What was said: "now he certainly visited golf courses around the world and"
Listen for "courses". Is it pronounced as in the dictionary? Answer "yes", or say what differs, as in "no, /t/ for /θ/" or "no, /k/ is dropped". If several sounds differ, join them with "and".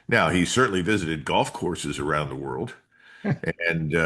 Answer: yes